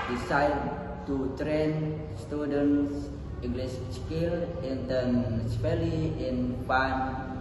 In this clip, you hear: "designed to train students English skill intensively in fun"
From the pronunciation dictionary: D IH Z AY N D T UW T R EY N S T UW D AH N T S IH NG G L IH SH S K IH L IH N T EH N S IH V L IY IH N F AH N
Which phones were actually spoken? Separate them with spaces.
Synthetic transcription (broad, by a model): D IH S AY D T UW T R EY N S T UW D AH N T S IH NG G L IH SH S K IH L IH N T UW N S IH P L IY IH N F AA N